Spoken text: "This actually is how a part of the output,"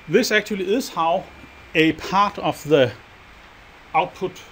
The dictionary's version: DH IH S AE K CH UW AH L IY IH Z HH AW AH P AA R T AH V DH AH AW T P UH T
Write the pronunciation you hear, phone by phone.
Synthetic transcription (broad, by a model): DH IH S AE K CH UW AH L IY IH S HH AW AH P AA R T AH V DH AH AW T P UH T